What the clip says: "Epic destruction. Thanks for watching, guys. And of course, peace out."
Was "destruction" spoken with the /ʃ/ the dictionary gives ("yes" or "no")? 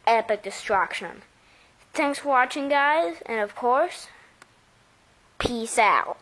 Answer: yes